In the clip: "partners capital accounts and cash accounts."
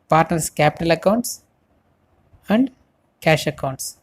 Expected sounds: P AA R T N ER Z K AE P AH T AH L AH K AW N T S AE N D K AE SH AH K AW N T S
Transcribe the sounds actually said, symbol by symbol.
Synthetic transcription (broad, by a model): P AA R T N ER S K AE P AH T AH L AH K AW N T S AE N D K AE SH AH K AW N T S